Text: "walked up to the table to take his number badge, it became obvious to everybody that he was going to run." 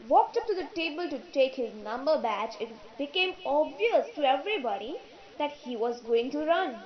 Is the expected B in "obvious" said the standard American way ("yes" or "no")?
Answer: yes